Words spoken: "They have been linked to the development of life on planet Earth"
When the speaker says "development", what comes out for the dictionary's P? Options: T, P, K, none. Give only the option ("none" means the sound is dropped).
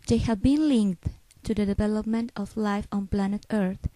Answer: P